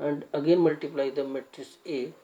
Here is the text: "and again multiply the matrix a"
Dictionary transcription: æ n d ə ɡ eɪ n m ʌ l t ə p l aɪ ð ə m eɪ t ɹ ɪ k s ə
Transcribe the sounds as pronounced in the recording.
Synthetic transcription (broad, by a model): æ n d ə ɡ eɪ n m ʌ l t ə p l aɪ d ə m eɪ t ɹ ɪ s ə